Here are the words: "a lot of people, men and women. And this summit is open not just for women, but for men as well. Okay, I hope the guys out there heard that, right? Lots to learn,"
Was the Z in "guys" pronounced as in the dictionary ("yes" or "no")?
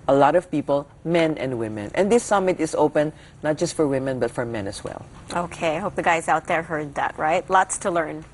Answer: yes